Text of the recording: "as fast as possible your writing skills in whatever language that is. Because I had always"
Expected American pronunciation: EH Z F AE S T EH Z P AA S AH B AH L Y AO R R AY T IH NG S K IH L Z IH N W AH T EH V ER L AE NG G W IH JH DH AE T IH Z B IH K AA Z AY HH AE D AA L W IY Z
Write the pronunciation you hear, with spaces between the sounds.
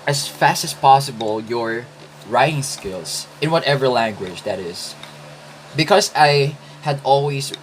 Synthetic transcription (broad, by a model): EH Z F AE S T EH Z P AA S AH B AH L Y AO R R AY T IH NG S K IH L S IH N W AH T EH V ER L AE NG G W IH JH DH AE T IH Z B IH K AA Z AY HH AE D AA L W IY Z